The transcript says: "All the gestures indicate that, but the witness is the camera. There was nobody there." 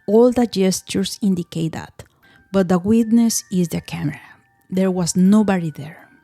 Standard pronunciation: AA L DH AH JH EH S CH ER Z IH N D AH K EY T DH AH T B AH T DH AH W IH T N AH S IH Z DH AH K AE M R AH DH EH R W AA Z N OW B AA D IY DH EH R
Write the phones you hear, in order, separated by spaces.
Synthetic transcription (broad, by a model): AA L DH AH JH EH S CH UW S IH N D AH K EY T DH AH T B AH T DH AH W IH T N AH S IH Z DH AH K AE M R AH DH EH R W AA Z N OW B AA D IY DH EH R